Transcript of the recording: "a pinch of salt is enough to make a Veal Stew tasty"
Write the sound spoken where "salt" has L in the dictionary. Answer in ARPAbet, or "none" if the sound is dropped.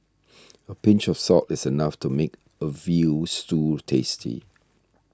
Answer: none